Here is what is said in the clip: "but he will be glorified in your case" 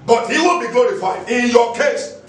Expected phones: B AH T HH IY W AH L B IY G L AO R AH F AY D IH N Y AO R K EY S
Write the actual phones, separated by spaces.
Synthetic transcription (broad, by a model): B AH T HH IY W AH N B IY G L AO R AH F AY D IH N Y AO K EY S